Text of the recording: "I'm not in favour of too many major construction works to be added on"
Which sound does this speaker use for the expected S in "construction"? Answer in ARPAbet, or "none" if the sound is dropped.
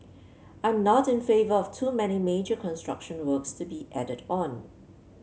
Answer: S